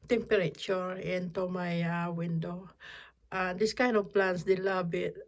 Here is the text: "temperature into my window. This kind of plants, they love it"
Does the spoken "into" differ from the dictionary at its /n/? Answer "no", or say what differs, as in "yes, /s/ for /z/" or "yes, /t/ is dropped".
no